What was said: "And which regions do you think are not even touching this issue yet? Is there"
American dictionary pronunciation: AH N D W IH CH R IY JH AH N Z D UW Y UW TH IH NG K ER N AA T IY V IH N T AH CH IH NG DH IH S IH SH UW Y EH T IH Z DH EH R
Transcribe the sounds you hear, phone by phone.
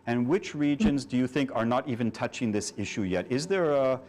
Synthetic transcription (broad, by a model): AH N W IH CH R IY JH AH N Z D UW Y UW TH IH NG K ER N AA T IY V IH N T AH CH IH NG DH IH S IH SH UW Y EH T IH Z DH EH R